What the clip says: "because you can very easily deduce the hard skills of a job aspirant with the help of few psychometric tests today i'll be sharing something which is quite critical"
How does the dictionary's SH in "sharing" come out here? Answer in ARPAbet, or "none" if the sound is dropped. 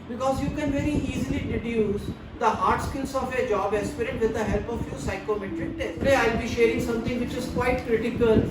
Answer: SH